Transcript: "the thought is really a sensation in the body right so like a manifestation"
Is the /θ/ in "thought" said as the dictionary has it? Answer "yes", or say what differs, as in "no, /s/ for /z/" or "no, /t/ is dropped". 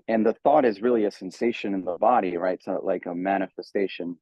yes